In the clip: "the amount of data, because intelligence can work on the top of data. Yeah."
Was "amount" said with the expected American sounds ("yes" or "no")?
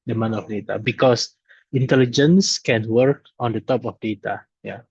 no